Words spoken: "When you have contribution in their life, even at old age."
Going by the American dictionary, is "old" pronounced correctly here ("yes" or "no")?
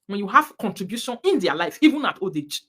no